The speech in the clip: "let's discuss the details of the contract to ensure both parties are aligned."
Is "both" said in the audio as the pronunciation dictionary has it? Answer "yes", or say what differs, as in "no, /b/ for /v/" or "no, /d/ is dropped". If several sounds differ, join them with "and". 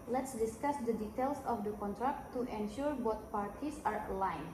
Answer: no, /t/ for /θ/